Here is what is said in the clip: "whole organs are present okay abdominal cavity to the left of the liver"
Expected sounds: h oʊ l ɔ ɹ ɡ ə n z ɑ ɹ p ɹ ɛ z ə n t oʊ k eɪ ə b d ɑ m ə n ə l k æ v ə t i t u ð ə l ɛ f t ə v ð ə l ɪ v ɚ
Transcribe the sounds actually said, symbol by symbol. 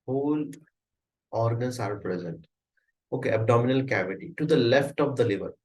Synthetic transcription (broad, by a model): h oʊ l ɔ ɹ ɡ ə n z ɑ ɹ p ɹ ɛ z ə n t oʊ k eɪ ə b d ɑ m ə n ə l k æ v ə t i t u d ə l ɛ f t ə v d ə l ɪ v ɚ